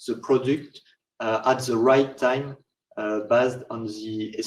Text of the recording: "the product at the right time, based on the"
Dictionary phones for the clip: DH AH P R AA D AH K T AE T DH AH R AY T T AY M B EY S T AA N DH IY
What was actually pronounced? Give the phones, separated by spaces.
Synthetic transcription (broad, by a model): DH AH P R AA D AH K T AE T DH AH R AY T T AY M B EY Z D AA N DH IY